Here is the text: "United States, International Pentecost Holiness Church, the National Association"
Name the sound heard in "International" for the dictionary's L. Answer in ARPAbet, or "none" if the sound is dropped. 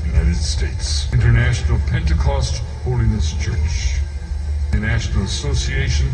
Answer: L